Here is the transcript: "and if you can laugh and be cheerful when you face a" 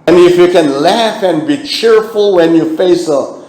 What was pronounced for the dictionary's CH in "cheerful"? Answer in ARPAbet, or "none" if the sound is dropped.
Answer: CH